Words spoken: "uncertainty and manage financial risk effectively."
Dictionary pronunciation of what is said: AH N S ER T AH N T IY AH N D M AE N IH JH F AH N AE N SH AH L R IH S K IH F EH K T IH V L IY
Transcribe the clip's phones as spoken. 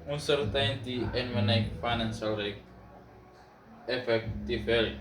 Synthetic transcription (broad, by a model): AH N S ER T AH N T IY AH N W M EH N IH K F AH N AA N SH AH L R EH K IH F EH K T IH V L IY